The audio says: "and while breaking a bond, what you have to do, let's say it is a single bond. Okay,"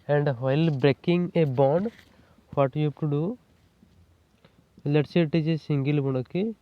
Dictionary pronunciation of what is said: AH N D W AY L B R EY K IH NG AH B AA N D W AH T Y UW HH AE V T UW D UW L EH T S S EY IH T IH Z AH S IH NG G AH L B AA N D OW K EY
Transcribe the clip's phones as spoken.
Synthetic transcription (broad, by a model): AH N D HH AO L B R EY K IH NG AH B AA N D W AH T Y UW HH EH P T UW D UW L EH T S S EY T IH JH AH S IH NG G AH L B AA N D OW K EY